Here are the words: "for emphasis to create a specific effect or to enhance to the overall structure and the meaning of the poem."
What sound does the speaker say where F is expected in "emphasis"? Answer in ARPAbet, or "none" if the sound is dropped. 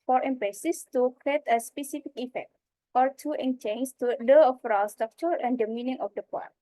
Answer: P